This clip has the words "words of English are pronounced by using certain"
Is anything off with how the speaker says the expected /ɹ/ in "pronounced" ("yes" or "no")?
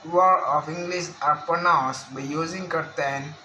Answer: yes